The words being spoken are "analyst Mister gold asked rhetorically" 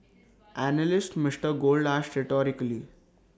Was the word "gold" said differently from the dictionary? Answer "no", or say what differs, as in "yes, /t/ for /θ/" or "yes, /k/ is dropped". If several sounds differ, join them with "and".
no